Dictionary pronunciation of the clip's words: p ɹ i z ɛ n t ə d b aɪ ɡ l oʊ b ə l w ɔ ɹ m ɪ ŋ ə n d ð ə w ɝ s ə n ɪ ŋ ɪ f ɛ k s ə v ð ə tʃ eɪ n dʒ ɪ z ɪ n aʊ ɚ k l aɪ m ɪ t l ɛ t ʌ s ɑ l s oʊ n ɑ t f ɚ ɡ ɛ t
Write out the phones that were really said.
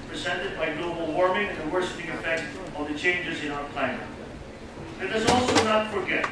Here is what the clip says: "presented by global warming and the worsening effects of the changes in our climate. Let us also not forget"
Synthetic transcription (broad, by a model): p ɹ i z ɛ n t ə d b aɪ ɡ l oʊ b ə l w ɔ ɹ m ɪ ŋ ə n ð ə w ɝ ʃ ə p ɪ ŋ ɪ f ɛ k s ə v ð ə tʃ eɪ n dʒ ɪ z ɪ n aʊ ɚ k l aɪ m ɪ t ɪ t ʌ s ɑ l s oʊ n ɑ t f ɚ ɡ ɛ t